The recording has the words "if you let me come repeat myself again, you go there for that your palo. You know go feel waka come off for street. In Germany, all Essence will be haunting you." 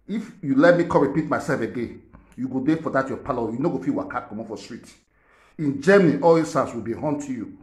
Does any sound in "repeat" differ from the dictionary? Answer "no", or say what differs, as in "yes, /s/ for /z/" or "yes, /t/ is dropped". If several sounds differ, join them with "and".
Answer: no